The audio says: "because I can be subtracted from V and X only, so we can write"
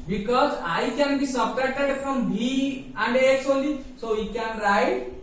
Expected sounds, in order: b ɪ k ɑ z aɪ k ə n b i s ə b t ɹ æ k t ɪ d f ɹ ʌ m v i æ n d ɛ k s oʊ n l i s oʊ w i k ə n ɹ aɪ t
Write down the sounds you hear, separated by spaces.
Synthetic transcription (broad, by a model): b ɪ k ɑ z aɪ k ə n b i s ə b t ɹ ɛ t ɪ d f ɹ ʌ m b i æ n d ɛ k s oʊ l i s oʊ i k ə n ɹ aɪ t